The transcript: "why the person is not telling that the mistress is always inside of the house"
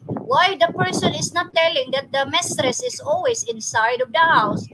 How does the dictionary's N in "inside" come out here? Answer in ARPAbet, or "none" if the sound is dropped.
N